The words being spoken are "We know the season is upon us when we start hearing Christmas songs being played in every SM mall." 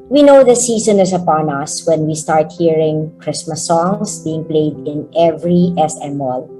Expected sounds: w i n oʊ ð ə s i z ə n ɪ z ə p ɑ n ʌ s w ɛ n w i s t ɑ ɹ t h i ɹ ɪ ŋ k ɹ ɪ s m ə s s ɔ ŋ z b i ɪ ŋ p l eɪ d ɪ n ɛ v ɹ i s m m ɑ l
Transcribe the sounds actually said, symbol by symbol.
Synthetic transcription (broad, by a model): w i n oʊ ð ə s i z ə n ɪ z ə p ɑ n ʌ s w ɛ n w i s t ɑ ɹ t h i ɹ ɪ ŋ k ɹ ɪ s m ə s s ɔ ŋ s b i ɪ ŋ p l eɪ d ɪ n ɛ v ɹ i s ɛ m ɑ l